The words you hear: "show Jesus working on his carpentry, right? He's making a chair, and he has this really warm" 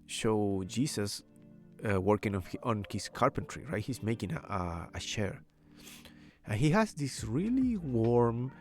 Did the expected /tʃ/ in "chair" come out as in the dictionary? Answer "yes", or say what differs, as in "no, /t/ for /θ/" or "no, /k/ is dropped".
no, /ʃ/ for /tʃ/